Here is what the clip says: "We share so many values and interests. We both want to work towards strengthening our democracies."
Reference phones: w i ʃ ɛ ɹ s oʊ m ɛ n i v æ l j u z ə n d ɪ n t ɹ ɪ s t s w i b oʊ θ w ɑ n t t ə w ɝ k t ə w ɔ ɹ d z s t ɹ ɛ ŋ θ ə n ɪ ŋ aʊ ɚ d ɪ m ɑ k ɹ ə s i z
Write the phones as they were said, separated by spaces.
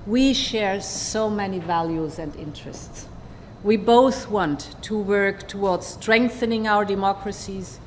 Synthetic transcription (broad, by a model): w i ʃ ɛ ɹ s oʊ m ɛ n i v æ l j u z ə n d ɪ n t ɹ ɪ s t s w i b oʊ θ w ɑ n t t ə w ɝ k t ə w ɔ ɹ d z s t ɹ ɛ ŋ θ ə n ɪ ŋ aʊ ɚ d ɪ m ɑ k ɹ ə s i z